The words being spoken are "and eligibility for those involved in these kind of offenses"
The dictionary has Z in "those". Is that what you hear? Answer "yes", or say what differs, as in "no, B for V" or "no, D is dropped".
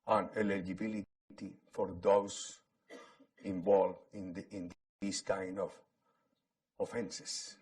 no, S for Z